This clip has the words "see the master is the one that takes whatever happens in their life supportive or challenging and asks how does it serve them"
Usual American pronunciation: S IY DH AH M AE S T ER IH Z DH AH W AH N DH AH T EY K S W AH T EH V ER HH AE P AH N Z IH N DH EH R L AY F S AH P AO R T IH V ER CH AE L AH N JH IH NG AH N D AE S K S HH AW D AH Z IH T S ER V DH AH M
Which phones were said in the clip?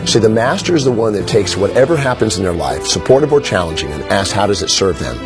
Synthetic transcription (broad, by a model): S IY DH AH M AE S T ER IH Z DH AH W AH N DH AH T EY K S W AH T EH V ER HH AE P AH N Z IH N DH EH R L AY F S AH P AO R T IH V ER CH AE L AH N JH IH NG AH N AE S S HH AW D AH Z IH T S ER V DH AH M